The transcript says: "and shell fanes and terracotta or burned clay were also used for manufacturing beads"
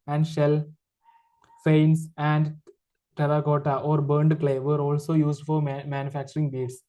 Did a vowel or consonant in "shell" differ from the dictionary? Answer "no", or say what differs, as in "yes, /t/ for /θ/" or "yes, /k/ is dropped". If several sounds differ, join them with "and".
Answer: no